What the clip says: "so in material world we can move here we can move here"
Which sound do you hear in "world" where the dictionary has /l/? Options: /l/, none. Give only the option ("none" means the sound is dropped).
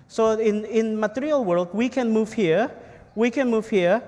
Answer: /l/